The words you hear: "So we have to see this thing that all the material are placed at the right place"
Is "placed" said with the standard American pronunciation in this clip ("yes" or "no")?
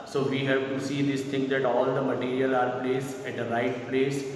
no